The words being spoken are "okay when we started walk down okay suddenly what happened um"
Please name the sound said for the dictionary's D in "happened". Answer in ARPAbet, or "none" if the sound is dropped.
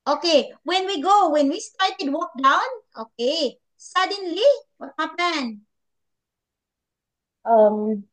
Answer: none